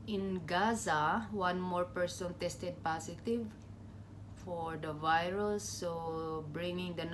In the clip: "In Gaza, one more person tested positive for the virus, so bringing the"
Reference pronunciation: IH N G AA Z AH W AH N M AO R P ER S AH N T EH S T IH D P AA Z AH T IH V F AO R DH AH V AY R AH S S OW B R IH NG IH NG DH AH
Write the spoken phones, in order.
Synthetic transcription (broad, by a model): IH N G AA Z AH W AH N M AO R P ER S AH N T EH S T IH D P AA S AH T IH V F AO R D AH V AY R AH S S OW B R IH NG IH NG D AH